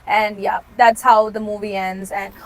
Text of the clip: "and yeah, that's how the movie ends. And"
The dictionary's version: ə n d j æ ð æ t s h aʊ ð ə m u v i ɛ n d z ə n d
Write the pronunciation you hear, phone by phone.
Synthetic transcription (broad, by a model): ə n j æ ð æ t s h aʊ ð ə m u v i ɛ n d z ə n